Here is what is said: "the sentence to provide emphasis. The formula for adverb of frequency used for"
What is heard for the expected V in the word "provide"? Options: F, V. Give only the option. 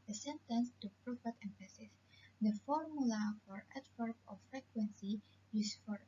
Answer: F